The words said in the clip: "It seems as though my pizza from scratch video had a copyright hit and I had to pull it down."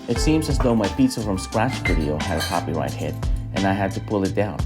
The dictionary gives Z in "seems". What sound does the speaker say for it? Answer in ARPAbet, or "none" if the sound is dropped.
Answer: Z